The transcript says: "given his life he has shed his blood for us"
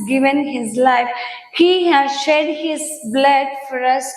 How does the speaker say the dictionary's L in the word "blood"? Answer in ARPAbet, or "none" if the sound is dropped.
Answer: L